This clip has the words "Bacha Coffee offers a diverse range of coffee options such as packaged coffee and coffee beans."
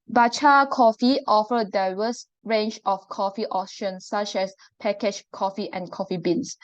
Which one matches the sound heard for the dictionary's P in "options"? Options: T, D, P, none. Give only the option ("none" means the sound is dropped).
none